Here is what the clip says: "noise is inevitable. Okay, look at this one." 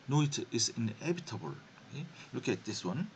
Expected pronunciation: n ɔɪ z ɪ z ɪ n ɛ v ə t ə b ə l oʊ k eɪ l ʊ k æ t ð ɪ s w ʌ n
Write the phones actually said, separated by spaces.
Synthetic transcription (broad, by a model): n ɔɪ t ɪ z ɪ n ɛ b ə t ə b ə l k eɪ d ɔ k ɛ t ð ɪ s w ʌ n